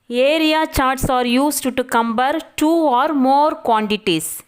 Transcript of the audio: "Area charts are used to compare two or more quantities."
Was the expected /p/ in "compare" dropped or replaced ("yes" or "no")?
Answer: yes